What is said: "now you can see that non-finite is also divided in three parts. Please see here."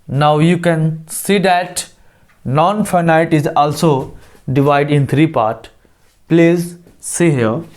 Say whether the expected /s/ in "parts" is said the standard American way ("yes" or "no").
no